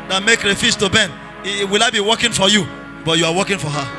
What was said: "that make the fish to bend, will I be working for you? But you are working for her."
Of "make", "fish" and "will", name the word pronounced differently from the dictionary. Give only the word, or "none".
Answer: fish